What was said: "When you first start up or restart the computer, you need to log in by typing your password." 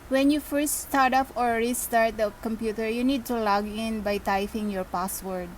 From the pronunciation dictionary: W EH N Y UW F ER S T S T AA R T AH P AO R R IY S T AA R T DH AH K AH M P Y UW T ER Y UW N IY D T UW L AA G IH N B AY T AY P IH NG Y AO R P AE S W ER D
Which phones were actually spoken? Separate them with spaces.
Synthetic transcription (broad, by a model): W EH N Y UW F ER S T S T AA R T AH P AO R R IY S T AA R T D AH K AH M P Y UW T ER Y UW N IY D T UW L AA G IH N B AY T AY F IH NG Y AO R P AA S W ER D